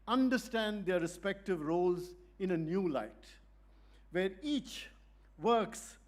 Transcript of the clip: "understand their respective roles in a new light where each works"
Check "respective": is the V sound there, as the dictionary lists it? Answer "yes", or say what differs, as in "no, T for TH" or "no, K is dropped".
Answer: yes